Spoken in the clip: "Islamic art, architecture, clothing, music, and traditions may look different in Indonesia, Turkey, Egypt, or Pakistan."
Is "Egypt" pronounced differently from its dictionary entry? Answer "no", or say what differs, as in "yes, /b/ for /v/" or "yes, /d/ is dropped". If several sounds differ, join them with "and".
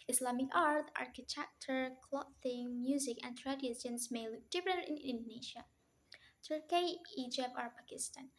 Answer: yes, /t/ is dropped